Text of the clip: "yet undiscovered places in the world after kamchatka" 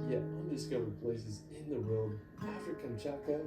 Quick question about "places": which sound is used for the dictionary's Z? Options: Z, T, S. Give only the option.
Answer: Z